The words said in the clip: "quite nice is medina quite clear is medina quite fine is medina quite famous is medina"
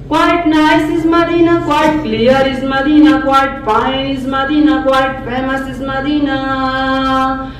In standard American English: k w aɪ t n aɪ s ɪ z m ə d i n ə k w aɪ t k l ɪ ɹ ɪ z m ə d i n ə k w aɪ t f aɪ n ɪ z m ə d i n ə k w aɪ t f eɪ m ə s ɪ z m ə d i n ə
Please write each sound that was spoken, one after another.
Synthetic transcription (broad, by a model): k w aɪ t n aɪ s ɪ z m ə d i n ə k w aɪ t k l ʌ ɹ ɪ z m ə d i n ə k w aɪ t p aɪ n ɪ z m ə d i n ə k w aɪ t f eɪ m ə s ɪ z m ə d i n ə